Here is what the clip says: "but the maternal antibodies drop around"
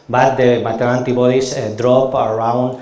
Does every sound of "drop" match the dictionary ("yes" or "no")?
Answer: yes